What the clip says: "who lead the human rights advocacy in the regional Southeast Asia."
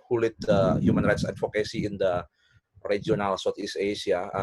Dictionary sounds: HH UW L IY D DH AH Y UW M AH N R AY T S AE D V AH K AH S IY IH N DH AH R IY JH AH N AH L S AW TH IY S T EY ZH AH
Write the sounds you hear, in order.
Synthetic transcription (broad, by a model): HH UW L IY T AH Y UW M AH N R AY T S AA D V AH K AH S IY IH N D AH R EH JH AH N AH L S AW T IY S EY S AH